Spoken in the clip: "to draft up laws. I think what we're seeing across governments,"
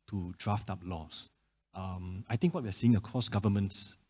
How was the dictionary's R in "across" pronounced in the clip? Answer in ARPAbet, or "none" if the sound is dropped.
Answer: none